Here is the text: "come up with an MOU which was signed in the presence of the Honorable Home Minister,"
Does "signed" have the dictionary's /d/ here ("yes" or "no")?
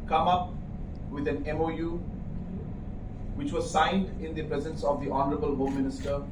yes